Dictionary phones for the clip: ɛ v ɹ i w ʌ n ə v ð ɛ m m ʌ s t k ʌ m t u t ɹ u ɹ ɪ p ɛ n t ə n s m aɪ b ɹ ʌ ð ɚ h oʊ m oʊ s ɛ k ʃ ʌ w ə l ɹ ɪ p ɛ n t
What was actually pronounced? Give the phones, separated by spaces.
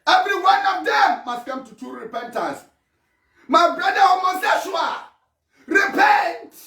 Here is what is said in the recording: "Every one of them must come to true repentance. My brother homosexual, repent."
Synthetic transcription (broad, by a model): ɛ v ɹ i w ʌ n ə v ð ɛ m m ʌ s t k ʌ m t u t u ɹ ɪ p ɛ n t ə s m aɪ b ɹ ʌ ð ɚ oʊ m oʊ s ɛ ʃ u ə ɹ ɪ p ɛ n t